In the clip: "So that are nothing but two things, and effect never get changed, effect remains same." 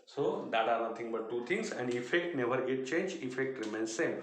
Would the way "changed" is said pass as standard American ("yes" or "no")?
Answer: no